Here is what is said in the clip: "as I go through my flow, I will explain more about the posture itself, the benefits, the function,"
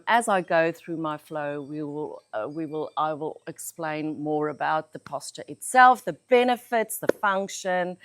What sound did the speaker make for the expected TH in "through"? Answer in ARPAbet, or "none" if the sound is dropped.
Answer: TH